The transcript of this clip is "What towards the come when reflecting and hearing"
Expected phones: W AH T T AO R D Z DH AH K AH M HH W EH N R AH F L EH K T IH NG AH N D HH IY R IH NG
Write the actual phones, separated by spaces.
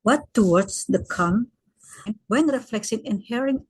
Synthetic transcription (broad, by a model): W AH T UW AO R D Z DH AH K AH M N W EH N R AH F L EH K S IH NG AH N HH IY R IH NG